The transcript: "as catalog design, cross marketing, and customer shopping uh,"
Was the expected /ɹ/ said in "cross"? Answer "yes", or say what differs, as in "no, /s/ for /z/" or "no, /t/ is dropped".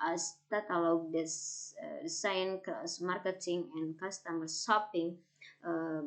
no, /ɹ/ is dropped